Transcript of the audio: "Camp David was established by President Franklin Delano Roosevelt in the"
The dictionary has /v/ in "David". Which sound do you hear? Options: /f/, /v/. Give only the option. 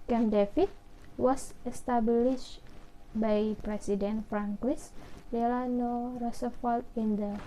/f/